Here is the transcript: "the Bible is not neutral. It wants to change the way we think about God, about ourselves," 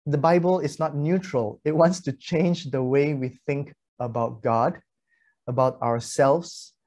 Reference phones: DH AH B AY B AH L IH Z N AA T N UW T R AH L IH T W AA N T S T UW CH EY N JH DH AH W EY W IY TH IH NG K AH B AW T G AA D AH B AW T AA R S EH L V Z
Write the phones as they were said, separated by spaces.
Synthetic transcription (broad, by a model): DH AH B AY B AH L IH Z N AA T N UW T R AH L IH T W AA N T S T UW CH EY N JH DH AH W EY W IY TH IH NG K AH B AW T G AA D AH B AW T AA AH S EH L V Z